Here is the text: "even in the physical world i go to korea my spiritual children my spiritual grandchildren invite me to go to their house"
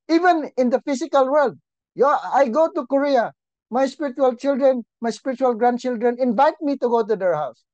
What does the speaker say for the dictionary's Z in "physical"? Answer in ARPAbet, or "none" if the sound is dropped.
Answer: S